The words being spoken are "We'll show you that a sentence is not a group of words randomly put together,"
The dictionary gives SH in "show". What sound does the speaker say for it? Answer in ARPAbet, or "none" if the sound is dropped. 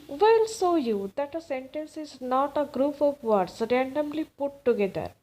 S